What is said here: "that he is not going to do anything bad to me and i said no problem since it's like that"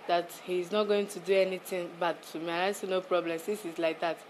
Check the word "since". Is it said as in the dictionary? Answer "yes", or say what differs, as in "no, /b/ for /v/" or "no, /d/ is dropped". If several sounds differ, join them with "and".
no, /n/ is dropped